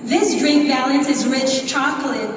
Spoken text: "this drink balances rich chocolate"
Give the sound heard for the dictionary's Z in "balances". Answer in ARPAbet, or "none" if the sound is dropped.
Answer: Z